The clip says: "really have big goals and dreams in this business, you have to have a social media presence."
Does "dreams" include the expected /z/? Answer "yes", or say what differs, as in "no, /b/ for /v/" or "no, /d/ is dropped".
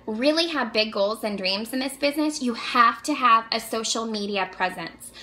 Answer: yes